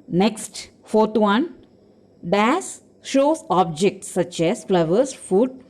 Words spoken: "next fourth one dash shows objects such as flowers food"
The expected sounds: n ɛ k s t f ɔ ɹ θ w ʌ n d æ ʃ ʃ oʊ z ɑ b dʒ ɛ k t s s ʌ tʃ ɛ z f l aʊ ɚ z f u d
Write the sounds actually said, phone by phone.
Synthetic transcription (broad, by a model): n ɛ k s t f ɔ ɹ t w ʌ n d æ s ʃ oʊ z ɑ b dʒ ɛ k t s s ʌ tʃ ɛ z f l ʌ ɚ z f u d